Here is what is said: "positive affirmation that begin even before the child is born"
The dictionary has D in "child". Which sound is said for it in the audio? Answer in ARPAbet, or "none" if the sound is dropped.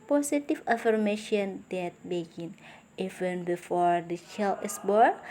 none